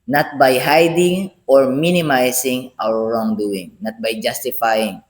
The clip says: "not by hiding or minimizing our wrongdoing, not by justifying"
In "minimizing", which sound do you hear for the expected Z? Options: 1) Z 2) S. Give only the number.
2